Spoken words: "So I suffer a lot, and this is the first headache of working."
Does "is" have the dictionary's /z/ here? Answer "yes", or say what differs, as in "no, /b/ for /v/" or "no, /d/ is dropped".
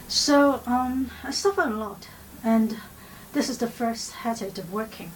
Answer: yes